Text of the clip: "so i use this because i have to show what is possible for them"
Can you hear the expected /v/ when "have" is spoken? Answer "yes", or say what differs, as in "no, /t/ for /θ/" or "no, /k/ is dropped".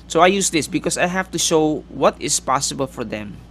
no, /f/ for /v/